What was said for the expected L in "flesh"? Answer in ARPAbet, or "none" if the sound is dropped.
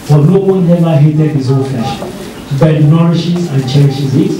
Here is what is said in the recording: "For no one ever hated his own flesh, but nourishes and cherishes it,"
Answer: none